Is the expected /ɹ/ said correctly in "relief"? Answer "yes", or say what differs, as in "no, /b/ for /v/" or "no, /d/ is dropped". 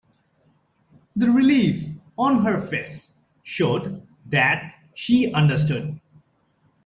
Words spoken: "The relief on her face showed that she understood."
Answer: yes